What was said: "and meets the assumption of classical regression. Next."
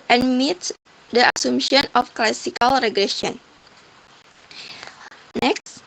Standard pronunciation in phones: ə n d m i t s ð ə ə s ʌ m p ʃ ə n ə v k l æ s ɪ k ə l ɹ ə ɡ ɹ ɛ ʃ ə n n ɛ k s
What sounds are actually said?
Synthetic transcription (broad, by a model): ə n m i t s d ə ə s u m ʃ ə n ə f k l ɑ s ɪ k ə l ɹ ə ɡ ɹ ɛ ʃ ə n n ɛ k s